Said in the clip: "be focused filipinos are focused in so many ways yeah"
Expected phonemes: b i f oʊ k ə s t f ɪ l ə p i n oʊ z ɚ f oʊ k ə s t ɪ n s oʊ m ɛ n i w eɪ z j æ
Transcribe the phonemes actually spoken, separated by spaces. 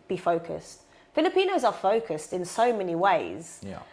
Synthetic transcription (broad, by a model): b i f oʊ k ə s t f ɪ l ə p i n oʊ z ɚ f oʊ k ə s t ɪ n s oʊ m ɛ n i w eɪ z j